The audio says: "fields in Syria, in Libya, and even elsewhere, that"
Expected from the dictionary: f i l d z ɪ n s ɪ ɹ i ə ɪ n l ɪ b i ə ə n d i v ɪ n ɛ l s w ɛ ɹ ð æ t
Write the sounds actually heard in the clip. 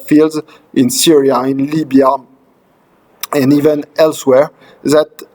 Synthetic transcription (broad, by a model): f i l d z ɪ n s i ɹ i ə ɪ n l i b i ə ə n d i v ɪ n ɛ l s w ɛ ɹ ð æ t